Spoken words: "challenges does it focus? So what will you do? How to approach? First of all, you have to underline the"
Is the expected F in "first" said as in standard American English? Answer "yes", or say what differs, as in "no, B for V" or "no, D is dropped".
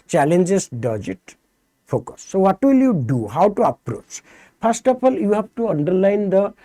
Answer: no, P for F